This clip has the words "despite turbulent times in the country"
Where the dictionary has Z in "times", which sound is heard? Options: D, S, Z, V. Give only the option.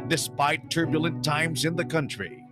Z